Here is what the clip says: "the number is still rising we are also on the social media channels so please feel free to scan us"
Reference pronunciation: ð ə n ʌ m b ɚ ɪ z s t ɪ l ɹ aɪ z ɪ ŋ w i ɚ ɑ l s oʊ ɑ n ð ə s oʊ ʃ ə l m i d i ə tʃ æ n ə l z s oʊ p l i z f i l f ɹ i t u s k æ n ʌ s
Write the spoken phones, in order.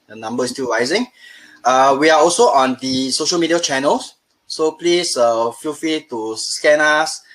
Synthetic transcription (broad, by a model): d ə n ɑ m b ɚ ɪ s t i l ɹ aɪ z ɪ ŋ w i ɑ ɑ l s oʊ ɑ n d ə s oʊ ʃ ə l m i d i ə tʃ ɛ n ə l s s oʊ p l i s f i l f i t u s k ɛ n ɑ s